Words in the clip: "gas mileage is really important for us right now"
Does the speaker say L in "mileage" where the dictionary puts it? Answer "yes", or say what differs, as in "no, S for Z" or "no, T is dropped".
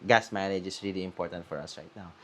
no, N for L